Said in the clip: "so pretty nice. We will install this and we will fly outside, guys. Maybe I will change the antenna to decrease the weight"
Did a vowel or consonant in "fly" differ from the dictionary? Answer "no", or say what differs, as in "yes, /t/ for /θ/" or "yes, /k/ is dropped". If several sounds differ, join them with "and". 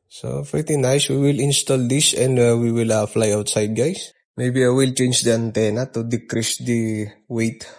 no